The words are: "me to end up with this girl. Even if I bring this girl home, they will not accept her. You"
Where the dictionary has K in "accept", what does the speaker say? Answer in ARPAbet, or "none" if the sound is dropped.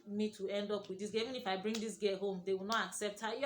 K